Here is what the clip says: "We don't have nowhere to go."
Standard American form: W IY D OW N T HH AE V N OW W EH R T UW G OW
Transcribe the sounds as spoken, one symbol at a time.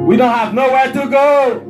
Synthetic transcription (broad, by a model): W IY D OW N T HH AE V N OW W EH R T UW G OW